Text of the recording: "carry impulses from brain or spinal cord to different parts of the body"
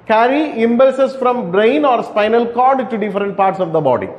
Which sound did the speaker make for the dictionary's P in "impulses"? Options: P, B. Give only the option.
B